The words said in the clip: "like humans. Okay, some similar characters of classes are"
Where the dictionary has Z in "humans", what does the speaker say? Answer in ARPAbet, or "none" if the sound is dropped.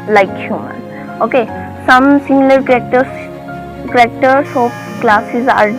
none